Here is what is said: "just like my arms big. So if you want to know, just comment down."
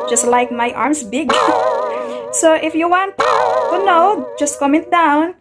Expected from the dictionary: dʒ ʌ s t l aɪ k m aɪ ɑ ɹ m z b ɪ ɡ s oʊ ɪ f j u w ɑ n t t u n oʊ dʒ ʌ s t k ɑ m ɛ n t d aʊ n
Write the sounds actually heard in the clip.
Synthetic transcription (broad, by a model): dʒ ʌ s t l aɪ k m aɪ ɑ ɹ m s b ɪ ɡ s oʊ ɪ f j u w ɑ n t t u n oʊ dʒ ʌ s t k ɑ m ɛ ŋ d aʊ n